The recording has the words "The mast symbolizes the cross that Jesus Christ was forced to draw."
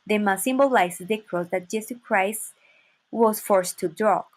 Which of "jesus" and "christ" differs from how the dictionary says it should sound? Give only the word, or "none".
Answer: jesus